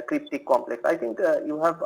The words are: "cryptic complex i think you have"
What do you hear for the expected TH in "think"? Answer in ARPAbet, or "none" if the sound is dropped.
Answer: T